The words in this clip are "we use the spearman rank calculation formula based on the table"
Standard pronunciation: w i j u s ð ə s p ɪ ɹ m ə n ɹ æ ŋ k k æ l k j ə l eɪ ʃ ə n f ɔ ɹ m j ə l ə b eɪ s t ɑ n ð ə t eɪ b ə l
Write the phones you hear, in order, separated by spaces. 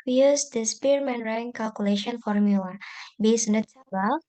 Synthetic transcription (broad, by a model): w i j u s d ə s p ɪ ɹ m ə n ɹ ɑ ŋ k k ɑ l k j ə l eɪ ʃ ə n f ɔ ɹ m j ə l ə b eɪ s ɑ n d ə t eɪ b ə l